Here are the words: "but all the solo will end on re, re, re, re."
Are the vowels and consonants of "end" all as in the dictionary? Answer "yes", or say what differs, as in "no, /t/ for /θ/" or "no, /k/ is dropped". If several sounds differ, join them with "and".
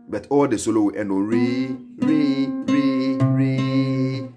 no, /d/ is dropped